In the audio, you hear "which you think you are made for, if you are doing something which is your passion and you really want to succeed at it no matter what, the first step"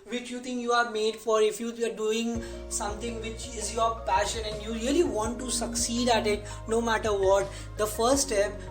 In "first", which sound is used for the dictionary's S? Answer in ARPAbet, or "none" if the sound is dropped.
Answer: none